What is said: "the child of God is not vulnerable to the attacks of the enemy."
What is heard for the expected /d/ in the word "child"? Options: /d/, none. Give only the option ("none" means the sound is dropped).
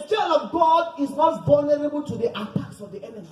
none